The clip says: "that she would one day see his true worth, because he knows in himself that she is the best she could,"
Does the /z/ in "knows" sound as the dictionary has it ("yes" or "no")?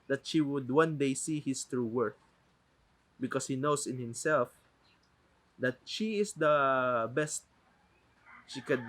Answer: no